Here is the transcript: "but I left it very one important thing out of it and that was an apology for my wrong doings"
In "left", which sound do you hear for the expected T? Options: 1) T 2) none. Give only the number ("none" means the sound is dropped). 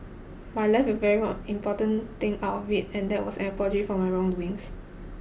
2